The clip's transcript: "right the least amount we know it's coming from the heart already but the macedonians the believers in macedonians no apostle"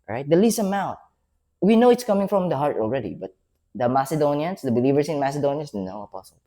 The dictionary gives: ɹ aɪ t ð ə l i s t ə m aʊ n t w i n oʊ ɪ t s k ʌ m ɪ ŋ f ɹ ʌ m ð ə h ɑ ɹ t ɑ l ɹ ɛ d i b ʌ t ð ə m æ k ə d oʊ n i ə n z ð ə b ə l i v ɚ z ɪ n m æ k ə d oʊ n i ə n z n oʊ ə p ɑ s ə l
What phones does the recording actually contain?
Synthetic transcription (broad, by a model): ɹ aɪ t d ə l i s ə m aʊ t w i n oʊ ɪ t s k ʌ m ɪ ŋ f ɹ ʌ m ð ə h ɑ ɹ t ɑ l ɹ ɛ d i b ʌ t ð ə m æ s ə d oʊ n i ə n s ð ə b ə l i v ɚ s ɪ n m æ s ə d oʊ n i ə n s n oʊ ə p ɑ s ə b